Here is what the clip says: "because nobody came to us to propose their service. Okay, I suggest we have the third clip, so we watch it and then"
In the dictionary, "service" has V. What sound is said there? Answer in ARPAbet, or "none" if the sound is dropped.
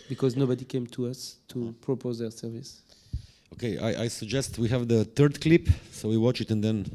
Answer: V